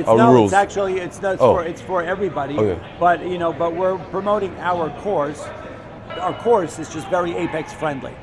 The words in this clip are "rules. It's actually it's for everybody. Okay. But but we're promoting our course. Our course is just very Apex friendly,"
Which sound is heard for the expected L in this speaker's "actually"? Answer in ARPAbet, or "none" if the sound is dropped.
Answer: N